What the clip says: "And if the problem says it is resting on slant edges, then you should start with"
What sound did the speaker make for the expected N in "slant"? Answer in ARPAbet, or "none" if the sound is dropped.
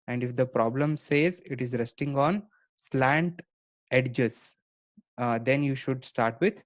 N